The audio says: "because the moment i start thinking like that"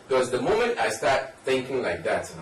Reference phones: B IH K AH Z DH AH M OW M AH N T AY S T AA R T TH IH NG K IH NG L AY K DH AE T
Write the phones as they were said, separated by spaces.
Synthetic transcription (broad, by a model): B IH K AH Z DH AH M OW M AH N T AY S T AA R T TH IH NG K IH NG L AY K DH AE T